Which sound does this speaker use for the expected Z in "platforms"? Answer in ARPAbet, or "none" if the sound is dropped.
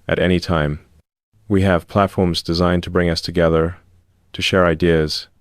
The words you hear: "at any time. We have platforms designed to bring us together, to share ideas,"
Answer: Z